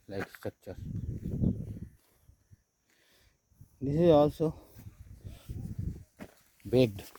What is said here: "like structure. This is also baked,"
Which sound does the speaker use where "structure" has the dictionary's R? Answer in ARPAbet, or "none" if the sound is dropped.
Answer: none